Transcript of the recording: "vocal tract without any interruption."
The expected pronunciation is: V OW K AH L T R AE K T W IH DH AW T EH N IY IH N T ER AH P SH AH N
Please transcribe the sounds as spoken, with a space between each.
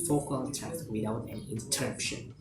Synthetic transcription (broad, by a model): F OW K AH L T AE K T W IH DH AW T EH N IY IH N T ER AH P SH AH N